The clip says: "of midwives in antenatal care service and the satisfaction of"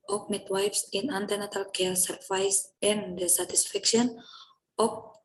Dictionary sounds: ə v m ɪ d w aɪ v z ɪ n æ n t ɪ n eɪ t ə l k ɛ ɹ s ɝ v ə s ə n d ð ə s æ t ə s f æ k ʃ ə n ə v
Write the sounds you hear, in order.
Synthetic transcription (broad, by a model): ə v m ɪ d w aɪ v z ɪ n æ n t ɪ n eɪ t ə l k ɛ l s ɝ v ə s ə n d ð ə s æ t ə s f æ k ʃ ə n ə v